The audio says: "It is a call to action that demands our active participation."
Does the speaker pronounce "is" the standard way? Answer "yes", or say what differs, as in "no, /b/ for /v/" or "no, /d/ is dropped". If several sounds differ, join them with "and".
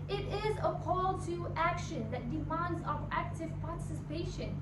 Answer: yes